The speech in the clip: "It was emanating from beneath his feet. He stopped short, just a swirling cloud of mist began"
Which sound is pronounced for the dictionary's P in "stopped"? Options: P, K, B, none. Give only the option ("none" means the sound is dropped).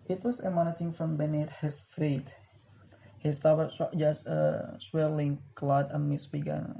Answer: none